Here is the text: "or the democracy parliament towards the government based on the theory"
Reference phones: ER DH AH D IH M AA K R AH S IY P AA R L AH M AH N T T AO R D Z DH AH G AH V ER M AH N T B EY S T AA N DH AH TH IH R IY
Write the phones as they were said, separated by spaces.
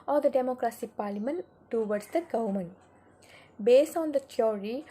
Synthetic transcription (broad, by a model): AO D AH D IH M AA K R AH S IY P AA R L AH M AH N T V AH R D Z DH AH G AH UH M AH N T B EY S T AA N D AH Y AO R IY